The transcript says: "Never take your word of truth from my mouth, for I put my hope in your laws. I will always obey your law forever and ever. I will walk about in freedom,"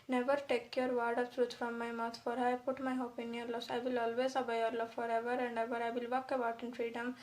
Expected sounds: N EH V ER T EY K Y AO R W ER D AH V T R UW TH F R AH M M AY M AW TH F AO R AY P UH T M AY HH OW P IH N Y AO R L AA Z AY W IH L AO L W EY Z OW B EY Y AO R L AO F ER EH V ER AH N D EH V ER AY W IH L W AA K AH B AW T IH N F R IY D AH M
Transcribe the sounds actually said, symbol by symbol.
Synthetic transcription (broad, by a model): N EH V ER T EY K Y AO R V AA D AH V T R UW T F R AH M M AY M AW T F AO R AY P UH T M AY HH OW P IH N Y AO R L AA S AY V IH L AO L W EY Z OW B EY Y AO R L AO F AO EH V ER AH N D EH V ER AY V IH L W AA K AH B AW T IH N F R IY D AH M